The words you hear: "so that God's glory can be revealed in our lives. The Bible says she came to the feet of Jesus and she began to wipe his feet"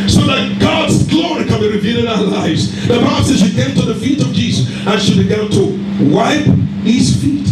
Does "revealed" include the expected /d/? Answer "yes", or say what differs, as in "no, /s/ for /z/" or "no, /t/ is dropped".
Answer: no, /d/ is dropped